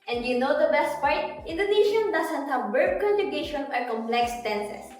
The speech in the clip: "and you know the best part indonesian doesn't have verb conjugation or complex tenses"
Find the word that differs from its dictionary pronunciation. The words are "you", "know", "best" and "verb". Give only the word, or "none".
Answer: verb